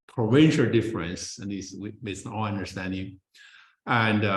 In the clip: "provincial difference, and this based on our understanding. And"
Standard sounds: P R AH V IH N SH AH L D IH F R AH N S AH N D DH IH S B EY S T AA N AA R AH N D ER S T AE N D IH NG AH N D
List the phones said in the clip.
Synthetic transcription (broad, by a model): P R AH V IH N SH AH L D IH F R AH N S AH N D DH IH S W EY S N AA L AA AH N D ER S T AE N D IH NG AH N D